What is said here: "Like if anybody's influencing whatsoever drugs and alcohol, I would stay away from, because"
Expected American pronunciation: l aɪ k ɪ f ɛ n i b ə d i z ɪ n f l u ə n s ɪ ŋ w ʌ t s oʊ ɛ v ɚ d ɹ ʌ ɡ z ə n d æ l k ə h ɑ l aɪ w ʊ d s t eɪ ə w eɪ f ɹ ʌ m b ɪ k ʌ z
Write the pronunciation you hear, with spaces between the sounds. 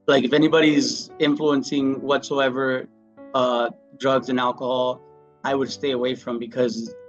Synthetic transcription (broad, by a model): l aɪ k ɪ f ɛ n i b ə d i z ɪ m f l u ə n s ɪ ŋ w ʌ t s oʊ ɛ v ɚ d ɹ ʌ ɡ z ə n æ l k ə h ɑ l aɪ w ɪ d s t eɪ ə w eɪ f ɹ ʌ m b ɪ k ʌ z